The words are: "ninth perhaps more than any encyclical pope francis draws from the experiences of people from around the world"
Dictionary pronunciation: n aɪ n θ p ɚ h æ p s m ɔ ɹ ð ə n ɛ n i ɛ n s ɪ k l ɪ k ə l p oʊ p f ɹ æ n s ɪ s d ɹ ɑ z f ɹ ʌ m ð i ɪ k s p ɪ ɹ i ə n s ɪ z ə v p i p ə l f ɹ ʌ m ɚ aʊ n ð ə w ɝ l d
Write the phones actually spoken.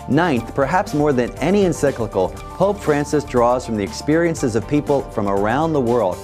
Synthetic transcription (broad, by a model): n aɪ n θ p ɚ h æ p s m ɔ ɹ ð ə n ɛ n i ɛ n s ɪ k l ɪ k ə l p oʊ p f ɹ æ n s ɪ s d ɹ ɑ z f ɹ ʌ m ð i ɪ k s p ɪ ɹ i ə n s ɪ z ə v p i p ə l f ɹ ʌ m ɚ aʊ n ð ə w ɝ l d